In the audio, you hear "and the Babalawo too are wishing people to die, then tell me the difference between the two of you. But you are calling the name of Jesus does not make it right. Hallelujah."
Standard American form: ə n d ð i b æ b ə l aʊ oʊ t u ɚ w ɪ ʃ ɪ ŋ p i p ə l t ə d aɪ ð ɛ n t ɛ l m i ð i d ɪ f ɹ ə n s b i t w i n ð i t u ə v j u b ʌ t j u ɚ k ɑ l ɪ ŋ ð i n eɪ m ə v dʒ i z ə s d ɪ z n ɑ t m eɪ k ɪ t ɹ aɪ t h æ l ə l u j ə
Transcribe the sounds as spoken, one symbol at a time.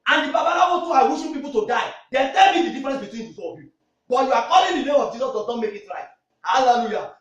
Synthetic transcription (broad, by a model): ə n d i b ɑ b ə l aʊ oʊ t u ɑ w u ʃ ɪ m p i p ə l t ə d aɪ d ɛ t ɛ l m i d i d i f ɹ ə n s b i t w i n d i s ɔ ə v j u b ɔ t j u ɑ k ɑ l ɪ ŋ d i n eɪ m ə v dʒ i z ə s d ɪ z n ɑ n m eɪ k ɪ t ɹ aɪ t h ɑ l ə l u j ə